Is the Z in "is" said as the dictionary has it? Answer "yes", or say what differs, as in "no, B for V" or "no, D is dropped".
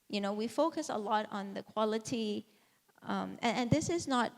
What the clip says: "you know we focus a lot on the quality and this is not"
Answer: yes